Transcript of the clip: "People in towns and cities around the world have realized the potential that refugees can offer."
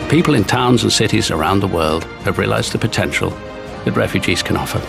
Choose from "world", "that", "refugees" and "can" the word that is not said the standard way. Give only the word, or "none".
none